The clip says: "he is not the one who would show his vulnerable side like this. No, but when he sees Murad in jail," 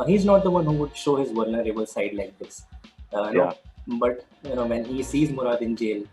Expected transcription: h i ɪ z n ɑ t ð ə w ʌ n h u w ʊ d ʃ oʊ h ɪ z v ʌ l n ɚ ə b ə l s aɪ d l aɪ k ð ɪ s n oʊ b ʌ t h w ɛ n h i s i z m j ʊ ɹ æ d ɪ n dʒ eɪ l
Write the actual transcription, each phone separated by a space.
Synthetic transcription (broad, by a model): h i ɪ z n ɑ t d ə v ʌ n h u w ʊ d ʃ oʊ h ɪ z v ʌ l n ɚ ə b ə l s aɪ d l aɪ k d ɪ s n oʊ b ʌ t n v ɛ n h i s i z m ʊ ɹ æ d ɪ n dʒ eɪ l